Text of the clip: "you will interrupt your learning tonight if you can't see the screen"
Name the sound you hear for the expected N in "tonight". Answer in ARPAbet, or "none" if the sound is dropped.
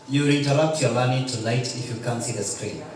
L